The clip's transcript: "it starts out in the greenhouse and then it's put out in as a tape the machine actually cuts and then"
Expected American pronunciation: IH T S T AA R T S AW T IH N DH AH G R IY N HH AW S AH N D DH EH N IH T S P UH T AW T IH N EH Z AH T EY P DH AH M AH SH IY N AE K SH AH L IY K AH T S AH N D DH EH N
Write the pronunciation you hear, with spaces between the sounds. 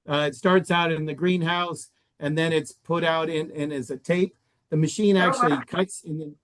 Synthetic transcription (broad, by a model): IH T S T AA R T S AW T IH N DH AH G R IY N HH AW S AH N DH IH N IH T S P UH T AW T IH N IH Z AH T EY P DH AH M AH SH IY N AE K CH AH L IY K AH T S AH N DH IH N